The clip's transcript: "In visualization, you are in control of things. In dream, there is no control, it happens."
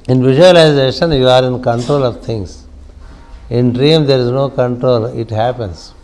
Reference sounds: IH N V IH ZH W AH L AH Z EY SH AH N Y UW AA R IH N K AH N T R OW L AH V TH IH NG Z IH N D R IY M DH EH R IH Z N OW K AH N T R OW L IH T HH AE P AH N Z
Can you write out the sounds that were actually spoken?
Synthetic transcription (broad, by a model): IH N V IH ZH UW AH L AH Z EY SH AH N Y UW AA R IH N K AH N T R OW L AH V T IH NG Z IH N D R IY M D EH R IH Z N OW K AH N T R OW L IH T HH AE P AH N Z